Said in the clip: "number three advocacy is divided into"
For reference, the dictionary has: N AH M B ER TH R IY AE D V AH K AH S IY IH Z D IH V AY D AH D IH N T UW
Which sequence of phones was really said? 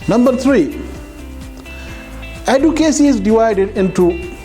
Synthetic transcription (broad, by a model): N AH M B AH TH R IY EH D AH K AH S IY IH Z D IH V AY D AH D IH N T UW